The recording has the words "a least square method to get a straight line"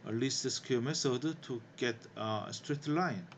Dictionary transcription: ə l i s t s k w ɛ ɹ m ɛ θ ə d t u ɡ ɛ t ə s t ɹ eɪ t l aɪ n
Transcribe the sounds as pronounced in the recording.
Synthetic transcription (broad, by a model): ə l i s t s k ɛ m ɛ s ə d t u ɡ ɛ t ə s t ɹ eɪ t l aɪ n